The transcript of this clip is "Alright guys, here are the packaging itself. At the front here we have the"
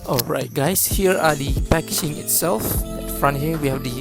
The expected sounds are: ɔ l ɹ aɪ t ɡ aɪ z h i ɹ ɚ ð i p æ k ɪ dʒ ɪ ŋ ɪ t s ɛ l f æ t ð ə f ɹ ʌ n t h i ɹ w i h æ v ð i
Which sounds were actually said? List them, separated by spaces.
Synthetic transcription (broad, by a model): ɔ l ɹ aɪ t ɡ aɪ s h i ɹ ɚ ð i p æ k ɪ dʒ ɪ ŋ ɪ t s ɛ l f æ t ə f ɹ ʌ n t h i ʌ w i h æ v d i